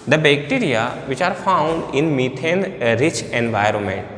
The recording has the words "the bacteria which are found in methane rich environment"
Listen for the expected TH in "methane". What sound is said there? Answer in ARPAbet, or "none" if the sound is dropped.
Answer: T